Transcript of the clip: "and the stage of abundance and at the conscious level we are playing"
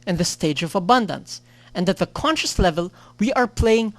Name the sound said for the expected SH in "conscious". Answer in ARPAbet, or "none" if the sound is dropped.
SH